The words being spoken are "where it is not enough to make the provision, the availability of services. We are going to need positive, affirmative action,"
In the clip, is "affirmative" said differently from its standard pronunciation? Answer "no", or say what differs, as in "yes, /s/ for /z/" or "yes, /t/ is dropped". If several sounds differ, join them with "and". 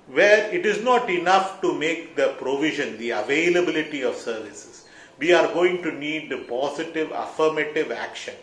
no